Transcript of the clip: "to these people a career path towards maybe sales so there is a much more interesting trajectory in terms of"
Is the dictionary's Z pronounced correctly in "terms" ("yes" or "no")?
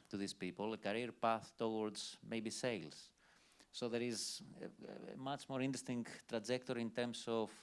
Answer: no